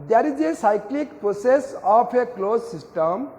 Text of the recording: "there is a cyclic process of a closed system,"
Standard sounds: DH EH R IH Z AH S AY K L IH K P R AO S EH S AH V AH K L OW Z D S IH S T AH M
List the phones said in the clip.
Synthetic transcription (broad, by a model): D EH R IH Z AH S AY K L IH K P R AO S EH S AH P AH K L OW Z S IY S T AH M